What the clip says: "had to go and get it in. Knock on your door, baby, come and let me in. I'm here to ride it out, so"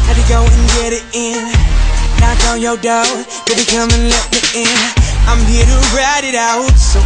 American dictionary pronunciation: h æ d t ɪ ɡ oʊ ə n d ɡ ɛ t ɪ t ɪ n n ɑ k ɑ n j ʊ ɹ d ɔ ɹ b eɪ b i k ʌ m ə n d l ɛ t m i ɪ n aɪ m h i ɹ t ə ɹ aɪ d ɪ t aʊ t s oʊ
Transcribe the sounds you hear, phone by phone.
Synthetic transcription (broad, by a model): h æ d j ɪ ɡ oʊ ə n ɡ ɛ t ɪ t ɪ n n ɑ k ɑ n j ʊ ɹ d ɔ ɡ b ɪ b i k ʌ m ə n l ɛ t m i ɪ n aɪ m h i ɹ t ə ɹ aɪ d ɪ t aʊ t s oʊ